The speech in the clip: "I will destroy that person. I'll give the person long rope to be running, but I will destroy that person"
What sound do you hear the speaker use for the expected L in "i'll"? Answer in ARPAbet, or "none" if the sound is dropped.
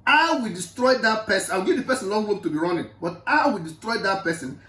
W